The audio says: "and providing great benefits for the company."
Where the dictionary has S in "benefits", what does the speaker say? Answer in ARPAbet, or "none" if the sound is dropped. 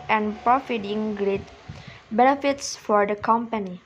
S